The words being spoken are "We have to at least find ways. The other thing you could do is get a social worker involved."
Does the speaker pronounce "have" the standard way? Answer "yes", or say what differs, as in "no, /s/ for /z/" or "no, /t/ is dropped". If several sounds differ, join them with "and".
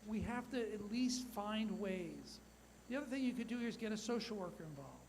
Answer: no, /f/ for /v/